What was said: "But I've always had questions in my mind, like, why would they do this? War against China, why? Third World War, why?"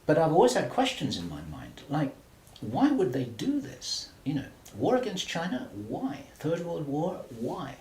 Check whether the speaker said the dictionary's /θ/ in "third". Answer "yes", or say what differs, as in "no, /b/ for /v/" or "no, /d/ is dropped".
yes